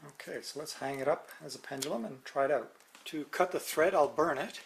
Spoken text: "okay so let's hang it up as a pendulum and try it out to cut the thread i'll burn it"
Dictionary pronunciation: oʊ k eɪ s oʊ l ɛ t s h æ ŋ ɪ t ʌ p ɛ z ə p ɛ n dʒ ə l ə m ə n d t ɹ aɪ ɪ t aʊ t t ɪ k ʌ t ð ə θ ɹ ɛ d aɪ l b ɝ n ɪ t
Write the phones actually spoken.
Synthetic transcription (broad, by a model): oʊ k eɪ s oʊ l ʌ t s h æ ŋ ɪ t ʌ p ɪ z ə p ɛ n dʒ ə l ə m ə n t ɹ aɪ ɪ t aʊ t t ɪ k ʌ t ð ə θ ɹ ɛ d aɪ l b ɝ n ɪ t